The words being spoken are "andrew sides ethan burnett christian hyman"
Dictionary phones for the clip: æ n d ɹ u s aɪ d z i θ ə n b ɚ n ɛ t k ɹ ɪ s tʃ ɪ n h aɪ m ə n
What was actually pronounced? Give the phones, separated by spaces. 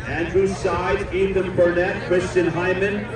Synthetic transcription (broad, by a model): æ n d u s aɪ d i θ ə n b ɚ n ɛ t k ɹ ɪ s tʃ ɪ n h aɪ m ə n